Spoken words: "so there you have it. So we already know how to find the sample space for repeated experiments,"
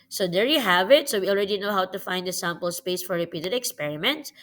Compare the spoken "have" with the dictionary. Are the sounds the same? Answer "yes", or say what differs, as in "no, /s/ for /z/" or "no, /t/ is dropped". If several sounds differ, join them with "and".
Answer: yes